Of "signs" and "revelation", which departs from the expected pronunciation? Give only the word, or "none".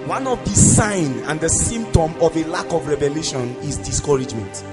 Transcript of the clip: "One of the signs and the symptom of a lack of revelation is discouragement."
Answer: signs